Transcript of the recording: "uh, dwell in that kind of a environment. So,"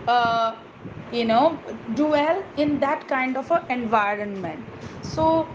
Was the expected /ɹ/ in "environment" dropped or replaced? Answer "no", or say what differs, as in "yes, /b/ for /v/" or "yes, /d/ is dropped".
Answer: no